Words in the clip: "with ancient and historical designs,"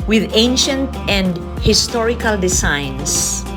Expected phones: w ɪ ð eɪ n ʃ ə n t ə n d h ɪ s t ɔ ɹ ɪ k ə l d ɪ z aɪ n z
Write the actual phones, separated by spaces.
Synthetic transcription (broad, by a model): w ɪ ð eɪ n ʃ ə n t ə n d h ɪ s t ɔ ɹ ɪ k ə l d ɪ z aɪ n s